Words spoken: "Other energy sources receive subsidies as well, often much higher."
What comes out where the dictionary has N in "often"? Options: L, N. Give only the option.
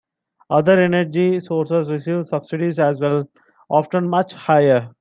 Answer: N